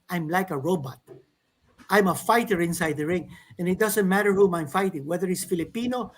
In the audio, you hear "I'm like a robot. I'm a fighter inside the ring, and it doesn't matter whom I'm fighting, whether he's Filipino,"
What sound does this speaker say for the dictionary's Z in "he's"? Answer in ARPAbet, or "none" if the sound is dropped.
S